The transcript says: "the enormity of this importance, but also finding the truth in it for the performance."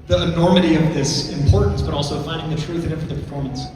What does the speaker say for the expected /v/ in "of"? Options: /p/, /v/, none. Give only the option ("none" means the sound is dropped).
/v/